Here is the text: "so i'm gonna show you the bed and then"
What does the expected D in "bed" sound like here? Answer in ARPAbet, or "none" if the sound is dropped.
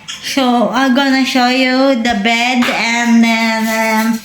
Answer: D